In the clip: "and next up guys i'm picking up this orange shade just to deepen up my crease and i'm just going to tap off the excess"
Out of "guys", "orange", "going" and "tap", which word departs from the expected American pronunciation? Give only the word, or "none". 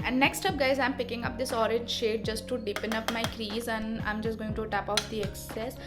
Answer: none